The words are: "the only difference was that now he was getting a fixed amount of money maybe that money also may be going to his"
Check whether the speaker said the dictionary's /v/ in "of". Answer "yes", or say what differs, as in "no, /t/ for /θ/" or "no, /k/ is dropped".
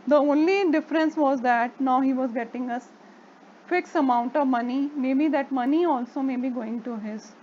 yes